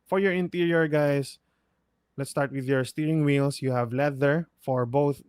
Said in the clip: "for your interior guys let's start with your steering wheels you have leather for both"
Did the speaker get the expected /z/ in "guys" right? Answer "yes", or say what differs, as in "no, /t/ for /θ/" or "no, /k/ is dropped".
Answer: no, /s/ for /z/